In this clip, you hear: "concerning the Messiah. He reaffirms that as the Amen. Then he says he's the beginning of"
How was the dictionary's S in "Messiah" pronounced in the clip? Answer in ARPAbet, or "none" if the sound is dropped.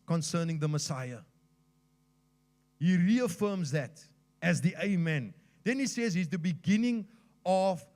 S